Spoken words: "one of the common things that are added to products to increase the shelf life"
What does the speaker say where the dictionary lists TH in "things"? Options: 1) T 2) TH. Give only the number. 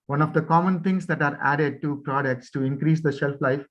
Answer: 1